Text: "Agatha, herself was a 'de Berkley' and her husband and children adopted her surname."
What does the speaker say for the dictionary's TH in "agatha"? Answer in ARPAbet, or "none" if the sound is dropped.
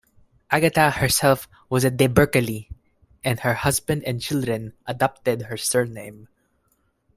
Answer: T